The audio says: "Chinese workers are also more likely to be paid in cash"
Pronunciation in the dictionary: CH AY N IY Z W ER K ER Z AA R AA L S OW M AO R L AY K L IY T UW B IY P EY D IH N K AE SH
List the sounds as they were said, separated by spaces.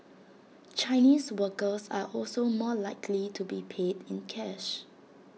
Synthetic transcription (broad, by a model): CH AY N IY S W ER K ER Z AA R AA L S OW M AO L AY K L IY T UW B IY P EY D IH N K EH SH